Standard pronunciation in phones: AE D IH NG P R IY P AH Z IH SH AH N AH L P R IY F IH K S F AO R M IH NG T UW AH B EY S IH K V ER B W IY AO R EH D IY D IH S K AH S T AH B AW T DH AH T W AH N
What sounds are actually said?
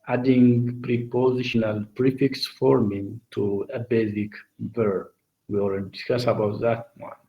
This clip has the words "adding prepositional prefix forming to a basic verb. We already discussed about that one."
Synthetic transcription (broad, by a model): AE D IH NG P R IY P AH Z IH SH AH N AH L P R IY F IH K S F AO R M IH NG T UW AH B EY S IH K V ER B W IY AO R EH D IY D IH S K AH S AH B AW T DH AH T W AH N